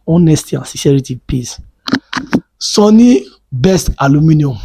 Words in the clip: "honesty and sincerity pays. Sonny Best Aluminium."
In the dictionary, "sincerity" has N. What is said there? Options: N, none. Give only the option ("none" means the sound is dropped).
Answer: none